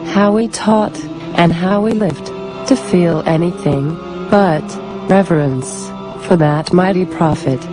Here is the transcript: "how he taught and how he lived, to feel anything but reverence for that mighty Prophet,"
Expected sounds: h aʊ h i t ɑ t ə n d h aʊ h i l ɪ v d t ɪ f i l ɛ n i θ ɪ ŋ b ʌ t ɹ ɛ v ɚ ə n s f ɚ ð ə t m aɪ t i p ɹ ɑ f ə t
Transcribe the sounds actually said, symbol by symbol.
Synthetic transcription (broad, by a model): h aʊ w i t ɑ t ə n h aʊ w i l ɪ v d t ɪ f i l ɛ n i θ ɪ ŋ b ʌ t ɹ ɛ v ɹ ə n s f ɚ ð ə t m aɪ t i p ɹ ɑ f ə t